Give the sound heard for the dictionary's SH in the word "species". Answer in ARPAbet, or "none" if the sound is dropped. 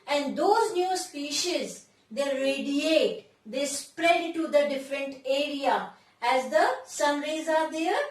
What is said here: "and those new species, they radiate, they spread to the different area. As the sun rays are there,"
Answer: SH